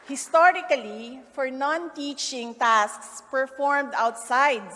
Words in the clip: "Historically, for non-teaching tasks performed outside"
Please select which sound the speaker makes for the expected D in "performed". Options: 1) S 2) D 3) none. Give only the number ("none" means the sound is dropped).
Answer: 2